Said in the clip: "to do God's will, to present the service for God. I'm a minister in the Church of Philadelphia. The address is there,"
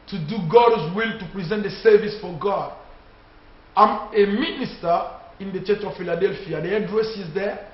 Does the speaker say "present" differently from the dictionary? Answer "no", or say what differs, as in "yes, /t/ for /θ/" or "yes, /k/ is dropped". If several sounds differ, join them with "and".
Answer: no